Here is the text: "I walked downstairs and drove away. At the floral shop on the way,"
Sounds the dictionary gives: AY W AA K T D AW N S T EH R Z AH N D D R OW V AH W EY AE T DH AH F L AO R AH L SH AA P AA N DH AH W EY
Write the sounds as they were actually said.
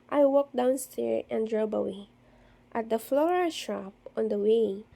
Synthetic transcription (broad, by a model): AY W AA K D AW N S T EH R AH N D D R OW B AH W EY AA T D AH F L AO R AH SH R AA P AA N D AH W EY